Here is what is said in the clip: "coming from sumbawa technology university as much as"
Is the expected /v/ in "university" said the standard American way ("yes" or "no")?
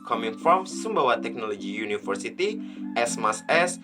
no